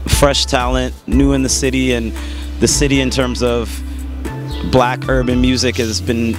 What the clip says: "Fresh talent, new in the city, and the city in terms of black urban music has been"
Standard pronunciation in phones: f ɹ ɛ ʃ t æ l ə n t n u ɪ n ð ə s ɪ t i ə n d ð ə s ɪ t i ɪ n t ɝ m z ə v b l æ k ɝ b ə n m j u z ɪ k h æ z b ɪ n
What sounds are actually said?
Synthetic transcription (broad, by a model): f ɹ ɛ ʃ t æ l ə n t n u ɪ n ð ə s ɪ t i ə n ð ə s ɪ t i ɪ n t ɝ m z ə v b l æ k ɝ b ə n m j u z ɪ k h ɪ z b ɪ n